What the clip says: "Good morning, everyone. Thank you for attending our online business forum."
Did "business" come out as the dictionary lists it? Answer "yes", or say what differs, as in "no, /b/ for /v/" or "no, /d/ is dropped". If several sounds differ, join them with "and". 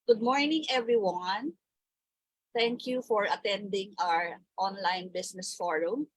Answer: no, /s/ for /z/